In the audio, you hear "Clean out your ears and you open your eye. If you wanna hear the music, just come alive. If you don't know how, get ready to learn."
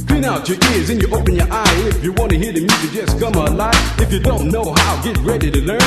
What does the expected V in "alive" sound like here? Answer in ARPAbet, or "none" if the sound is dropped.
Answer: none